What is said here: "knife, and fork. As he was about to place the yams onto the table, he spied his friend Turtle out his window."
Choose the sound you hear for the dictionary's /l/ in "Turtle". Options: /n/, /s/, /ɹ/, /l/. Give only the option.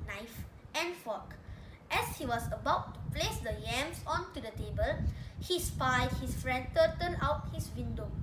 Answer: /n/